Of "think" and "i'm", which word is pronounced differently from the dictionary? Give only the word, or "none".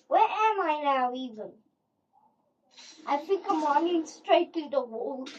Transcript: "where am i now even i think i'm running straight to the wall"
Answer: think